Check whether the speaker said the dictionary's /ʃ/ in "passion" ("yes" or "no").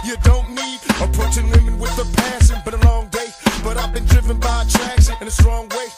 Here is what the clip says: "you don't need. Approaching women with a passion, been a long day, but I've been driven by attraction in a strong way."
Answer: no